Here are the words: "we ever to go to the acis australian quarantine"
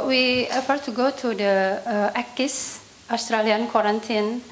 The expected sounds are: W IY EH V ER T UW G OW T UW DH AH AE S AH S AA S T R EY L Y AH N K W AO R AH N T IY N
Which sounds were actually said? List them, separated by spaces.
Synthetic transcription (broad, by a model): W IY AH F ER T UW G OW T UW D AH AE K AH S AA S T R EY L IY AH N K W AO R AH N T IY N